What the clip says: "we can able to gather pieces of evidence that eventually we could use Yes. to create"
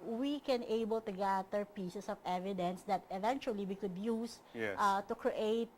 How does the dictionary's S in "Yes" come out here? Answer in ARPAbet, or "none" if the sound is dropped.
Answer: none